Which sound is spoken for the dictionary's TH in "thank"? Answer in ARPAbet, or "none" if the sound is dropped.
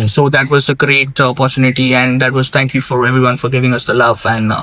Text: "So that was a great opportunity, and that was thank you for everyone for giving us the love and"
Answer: T